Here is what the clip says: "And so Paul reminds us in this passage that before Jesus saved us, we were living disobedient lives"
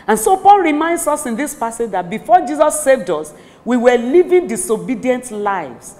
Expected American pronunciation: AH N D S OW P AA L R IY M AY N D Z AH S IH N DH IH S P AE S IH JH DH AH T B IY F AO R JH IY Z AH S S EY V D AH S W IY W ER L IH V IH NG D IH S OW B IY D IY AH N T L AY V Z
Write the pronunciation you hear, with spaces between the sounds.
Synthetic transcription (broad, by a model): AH N S OW P AA L R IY M AY N D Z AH S IH N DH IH S P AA S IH JH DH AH T B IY F AO JH IY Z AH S S EY V D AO S W IY W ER L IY V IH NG D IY S OW B IY D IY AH N T L AY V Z